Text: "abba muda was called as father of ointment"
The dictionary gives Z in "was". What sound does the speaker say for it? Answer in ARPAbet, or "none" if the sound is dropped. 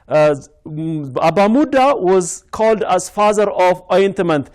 Z